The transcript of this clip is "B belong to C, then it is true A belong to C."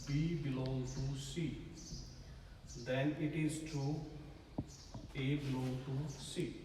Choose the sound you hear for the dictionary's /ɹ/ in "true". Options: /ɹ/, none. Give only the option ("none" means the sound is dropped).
none